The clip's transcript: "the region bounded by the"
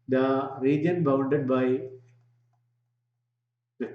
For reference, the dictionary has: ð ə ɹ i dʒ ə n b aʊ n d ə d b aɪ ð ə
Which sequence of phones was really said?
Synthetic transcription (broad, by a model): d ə ɹ i dʒ ə n b aʊ n d ə d b aɪ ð